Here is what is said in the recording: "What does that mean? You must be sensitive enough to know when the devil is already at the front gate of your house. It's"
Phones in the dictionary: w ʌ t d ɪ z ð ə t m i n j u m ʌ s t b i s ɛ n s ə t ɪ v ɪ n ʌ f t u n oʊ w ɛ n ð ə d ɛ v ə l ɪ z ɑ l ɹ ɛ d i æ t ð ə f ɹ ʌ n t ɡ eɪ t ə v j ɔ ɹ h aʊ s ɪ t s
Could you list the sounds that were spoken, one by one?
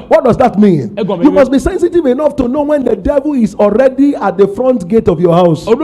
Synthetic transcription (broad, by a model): w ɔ t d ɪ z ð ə t m i n j u m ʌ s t b i s ɛ n s ə t ɪ v ɪ n ʌ f t u n oʊ w ɛ n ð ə d ɛ v ə l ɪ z ɑ l ɹ ɛ d i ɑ t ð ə f ɹ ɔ n t ɡ eɪ t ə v j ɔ h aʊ ɪ s